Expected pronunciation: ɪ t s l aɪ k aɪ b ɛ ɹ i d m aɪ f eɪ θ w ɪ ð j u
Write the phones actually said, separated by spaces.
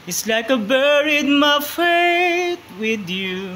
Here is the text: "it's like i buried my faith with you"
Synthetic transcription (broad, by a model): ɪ t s l aɪ k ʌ b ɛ ɹ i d m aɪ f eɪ t w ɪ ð j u